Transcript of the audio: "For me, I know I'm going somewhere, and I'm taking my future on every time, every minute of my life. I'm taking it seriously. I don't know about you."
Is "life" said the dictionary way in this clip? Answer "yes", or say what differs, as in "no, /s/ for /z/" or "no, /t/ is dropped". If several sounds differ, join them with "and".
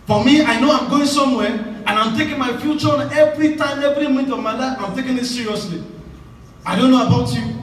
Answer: no, /f/ is dropped